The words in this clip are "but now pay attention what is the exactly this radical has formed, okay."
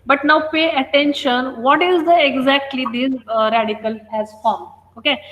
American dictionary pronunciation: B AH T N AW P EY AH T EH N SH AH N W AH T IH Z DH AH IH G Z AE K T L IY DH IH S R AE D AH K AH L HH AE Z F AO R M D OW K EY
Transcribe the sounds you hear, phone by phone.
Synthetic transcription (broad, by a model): B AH T N AW P EY AH T EH N SH AH N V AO T IH Z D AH IH G Z AE K T L IY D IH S R AE D AH K AH L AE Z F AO R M OW K EY